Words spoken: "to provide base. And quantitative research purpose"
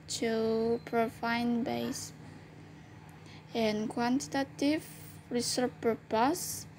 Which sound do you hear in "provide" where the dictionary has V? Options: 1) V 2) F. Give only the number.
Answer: 2